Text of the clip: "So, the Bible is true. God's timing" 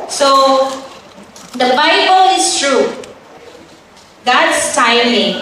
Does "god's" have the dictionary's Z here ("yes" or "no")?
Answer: no